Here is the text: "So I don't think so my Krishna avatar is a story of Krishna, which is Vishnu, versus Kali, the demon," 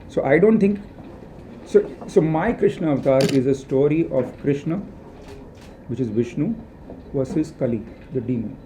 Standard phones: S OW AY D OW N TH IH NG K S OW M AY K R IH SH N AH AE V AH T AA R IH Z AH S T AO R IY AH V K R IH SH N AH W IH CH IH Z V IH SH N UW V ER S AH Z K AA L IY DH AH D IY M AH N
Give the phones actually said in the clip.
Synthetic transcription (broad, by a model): S OW AY D OW N T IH NG K S OW M AY K R IH SH N AH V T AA R IH Z AH S T AO R IY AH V K R IH SH N AH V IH CH IH Z V IH SH N UW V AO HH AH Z K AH L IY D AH D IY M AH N